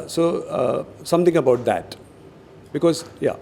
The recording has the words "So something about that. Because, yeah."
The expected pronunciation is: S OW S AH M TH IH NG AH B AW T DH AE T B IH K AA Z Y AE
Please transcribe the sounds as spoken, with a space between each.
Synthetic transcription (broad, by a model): S OW S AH M T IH NG AH B AW T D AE T B IH K AA Z Y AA